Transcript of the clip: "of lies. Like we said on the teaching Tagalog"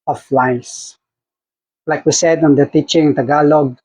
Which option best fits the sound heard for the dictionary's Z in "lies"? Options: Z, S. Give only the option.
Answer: S